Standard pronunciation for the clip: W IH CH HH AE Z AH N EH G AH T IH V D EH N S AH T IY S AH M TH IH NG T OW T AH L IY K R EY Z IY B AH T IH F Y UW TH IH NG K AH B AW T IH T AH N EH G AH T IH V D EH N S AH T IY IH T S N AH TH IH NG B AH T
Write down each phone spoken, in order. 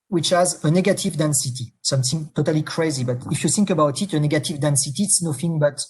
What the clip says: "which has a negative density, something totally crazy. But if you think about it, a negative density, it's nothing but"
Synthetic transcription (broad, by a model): W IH CH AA Z AH N EH G AH T IH V D EH N S AH T IY S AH M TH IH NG T OW T AH L IY K R EY Z IY B AH T IH F Y UW TH IH NG K AH B AW T IH T AH N EH G AH T IH V D EH N S AH T IY T S N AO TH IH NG B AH T